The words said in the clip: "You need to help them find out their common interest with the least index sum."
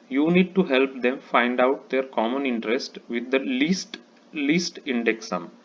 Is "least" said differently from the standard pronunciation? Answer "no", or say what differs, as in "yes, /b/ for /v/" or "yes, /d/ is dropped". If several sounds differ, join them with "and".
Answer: no